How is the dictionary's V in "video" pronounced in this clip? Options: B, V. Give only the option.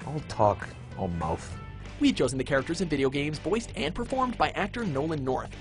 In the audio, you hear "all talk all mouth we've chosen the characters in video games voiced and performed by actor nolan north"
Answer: V